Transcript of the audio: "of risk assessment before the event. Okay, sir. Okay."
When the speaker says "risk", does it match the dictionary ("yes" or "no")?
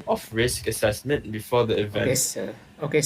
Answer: yes